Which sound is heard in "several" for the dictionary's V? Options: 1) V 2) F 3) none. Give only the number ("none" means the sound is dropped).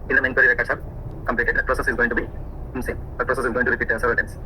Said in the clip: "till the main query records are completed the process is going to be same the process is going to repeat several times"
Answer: 3